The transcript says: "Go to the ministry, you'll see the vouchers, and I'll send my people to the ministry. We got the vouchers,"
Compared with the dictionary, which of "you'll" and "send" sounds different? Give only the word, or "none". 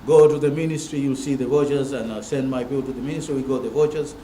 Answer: none